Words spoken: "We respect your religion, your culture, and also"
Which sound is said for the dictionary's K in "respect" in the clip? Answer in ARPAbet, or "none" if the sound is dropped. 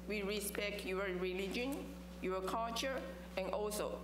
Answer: K